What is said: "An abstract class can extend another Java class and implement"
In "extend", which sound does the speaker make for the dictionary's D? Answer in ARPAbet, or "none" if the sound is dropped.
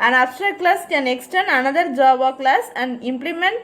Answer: none